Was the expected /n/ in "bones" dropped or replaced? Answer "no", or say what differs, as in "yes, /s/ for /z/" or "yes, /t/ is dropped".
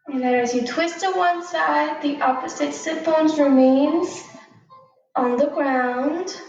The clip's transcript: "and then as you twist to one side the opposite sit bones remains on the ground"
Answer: no